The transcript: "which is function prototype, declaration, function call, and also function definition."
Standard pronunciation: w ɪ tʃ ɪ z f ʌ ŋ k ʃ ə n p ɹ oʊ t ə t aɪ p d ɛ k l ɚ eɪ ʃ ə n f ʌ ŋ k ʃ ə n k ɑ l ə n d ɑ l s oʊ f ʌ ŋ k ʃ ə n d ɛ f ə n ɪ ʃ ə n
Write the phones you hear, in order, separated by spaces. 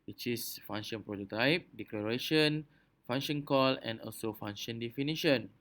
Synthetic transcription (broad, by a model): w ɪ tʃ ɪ s f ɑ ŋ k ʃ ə n p ɹ oʊ t ə t aɪ p d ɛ k l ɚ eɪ ʃ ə n f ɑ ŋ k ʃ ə n k ɑ l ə n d ɑ l s oʊ f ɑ ŋ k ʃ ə n d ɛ f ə n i ʃ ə n